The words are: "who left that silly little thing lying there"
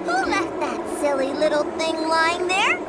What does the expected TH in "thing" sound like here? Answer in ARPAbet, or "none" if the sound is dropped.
TH